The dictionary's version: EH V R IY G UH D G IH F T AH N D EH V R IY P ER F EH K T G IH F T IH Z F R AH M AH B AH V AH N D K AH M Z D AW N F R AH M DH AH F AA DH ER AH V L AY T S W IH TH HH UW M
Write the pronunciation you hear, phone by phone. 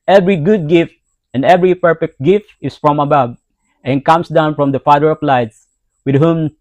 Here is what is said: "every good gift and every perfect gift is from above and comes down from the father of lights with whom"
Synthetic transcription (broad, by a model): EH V R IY G UH D G IH F T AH N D EH V R IY P ER F EH K T G IH F T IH S F R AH M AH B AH B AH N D K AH M S D AW N F R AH M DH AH F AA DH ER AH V L AY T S W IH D HH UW M